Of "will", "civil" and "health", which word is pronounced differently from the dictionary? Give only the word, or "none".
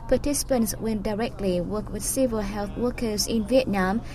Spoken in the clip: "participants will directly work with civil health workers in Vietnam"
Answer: will